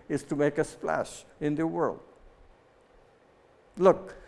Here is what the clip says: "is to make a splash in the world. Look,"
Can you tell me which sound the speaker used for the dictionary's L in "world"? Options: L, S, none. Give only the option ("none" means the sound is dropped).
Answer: L